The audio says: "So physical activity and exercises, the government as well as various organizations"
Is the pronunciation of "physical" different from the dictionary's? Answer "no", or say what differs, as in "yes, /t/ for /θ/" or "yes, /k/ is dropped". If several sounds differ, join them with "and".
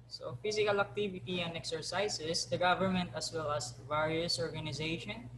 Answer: yes, /s/ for /z/